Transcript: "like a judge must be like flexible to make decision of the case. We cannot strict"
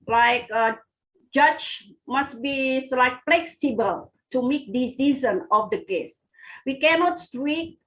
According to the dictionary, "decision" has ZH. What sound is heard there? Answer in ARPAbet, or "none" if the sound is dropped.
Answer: Z